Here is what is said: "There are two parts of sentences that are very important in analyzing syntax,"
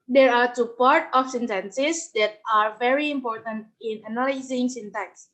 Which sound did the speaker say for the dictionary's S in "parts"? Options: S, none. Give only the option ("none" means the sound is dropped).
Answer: none